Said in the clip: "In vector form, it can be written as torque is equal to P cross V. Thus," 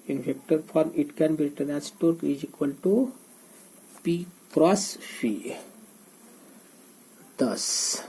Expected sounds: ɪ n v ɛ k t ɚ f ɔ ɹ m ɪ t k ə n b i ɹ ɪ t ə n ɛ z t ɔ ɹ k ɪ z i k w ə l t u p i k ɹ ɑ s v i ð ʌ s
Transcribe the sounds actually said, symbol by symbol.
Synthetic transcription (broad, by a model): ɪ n f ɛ k t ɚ f ɔ ɹ m ɪ t k ə n b i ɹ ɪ t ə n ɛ s t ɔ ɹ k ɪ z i k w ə l t u p i k ɹ ɑ s f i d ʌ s